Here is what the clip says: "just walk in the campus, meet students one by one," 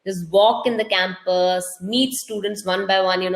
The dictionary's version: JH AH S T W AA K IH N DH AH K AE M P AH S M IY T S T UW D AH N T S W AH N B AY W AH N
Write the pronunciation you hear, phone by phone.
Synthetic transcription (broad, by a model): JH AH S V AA K IH N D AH K AE M P AH S M IY T S T UW D AH N T S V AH N B AY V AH N